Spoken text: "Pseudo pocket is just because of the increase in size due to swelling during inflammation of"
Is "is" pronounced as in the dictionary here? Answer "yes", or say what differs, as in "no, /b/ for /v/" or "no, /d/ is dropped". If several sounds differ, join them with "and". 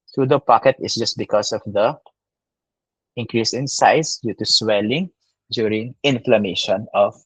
no, /s/ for /z/